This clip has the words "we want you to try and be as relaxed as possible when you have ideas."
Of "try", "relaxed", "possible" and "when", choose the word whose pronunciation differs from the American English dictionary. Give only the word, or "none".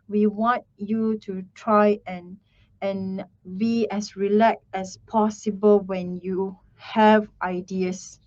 relaxed